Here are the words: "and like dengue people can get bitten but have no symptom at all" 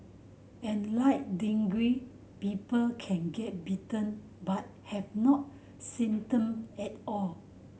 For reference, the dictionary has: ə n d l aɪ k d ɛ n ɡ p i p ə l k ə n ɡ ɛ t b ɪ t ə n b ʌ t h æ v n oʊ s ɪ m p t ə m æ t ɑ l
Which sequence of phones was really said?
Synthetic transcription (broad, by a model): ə n l aɪ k d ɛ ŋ ɡ p i p ə l k ə n ɡ ɛ t b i t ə n b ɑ t h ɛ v n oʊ s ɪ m t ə m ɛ t ɑ l